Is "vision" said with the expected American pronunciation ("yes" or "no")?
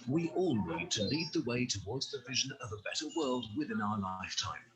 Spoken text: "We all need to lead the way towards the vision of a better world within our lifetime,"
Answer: yes